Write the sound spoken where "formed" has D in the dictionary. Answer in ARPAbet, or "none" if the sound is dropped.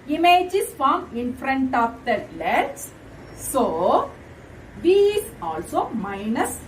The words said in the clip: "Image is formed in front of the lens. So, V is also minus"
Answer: none